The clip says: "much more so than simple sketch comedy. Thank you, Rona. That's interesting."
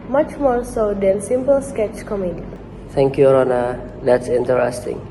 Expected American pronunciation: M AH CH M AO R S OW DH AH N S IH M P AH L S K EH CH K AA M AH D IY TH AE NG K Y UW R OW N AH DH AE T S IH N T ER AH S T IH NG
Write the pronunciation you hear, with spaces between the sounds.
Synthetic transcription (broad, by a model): M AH CH M AO R S OW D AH N S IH M P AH L S K EH CH K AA M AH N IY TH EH NG K Y UW R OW N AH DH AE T S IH N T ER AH S T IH NG